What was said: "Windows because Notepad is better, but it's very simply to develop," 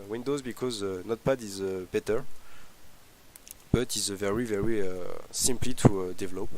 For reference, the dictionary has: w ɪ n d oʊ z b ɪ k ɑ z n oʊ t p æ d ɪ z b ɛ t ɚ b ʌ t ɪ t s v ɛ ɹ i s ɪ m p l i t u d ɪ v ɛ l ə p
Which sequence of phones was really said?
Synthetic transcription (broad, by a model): w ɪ n d oʊ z b ɪ k ɑ z n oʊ t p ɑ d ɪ z b ɛ t ɚ b ʌ t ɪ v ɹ v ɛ ɹ i s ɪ m p l i t u d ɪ v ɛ l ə p